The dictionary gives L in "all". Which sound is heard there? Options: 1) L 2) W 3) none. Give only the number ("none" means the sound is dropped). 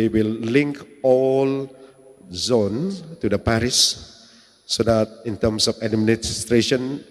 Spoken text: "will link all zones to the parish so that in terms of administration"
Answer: 1